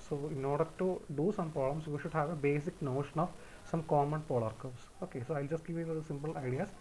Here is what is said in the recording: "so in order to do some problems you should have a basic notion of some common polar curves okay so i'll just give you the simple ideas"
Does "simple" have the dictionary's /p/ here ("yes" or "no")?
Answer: yes